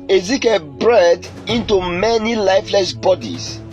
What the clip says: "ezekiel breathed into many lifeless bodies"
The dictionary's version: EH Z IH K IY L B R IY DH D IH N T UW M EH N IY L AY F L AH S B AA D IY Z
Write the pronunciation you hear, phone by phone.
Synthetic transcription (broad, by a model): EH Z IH K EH B R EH D IH N T UW M EH N IY L AY F L AH S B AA D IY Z